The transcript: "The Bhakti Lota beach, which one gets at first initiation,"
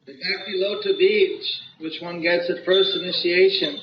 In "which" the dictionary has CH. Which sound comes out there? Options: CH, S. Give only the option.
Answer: CH